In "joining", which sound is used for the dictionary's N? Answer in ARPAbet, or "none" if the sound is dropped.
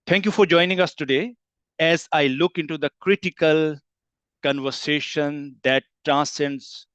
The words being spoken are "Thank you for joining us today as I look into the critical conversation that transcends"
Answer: N